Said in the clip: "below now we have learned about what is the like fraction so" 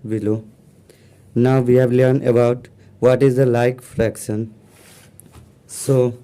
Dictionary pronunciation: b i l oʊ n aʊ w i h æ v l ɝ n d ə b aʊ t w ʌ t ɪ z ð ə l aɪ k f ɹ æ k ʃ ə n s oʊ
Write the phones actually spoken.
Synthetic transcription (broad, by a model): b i l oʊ n aʊ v i h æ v l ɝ n ə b aʊ t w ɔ t ɪ z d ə l aɪ k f ɹ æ k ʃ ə n s oʊ